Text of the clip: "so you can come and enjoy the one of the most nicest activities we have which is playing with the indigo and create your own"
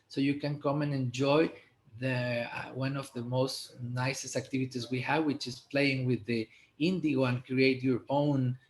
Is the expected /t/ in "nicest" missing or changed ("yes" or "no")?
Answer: no